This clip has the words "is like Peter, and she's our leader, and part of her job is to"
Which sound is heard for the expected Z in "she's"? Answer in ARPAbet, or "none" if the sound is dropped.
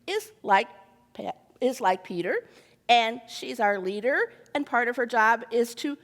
Z